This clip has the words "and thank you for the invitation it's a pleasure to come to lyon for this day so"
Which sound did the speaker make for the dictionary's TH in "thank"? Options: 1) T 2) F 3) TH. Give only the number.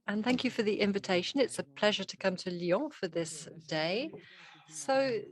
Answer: 3